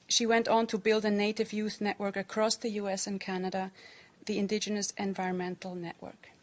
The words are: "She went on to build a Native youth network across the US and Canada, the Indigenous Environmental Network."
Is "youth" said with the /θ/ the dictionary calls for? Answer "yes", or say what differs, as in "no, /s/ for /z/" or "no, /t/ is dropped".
yes